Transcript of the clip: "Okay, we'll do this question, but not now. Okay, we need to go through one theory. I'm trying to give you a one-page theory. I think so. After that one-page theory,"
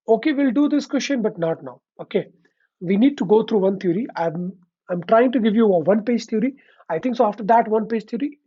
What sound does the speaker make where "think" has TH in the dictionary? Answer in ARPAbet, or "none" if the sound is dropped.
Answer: T